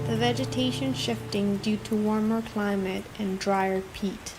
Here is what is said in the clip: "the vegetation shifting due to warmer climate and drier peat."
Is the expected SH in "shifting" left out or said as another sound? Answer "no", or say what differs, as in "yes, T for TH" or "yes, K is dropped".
no